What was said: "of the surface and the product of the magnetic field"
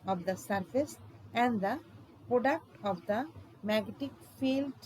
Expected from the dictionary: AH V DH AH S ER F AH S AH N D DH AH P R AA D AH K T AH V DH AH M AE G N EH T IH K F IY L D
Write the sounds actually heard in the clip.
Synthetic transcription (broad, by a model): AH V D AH S ER F AH S AH N D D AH P R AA D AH K T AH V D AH M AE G EH T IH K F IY L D